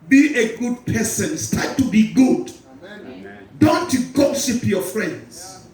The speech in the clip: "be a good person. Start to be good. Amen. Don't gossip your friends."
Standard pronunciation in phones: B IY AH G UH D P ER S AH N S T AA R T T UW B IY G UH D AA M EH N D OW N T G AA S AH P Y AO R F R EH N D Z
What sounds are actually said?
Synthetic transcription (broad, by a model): B IY AH G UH D P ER S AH N S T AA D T T UW B IY G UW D D OW N T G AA SH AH P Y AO F R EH N D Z